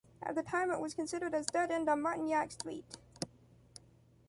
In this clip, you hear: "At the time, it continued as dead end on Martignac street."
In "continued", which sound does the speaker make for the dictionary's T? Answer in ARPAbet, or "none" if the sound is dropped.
S